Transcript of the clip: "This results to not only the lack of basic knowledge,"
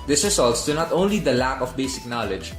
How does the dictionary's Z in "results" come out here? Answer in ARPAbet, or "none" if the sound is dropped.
S